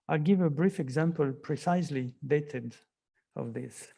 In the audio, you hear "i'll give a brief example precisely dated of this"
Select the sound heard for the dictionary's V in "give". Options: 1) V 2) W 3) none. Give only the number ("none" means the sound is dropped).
1